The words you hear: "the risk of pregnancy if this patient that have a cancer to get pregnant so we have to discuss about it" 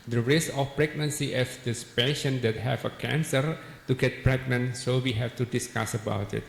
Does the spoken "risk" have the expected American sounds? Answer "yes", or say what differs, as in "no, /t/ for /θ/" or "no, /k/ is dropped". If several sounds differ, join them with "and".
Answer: no, /k/ is dropped